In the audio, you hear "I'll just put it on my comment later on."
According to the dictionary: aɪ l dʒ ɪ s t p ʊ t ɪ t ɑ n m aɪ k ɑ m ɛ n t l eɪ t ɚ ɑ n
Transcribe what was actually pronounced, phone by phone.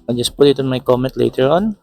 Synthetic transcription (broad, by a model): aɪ dʒ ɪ s p ʊ t ɪ t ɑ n m aɪ k ɑ m ɛ n t l eɪ t ɚ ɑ n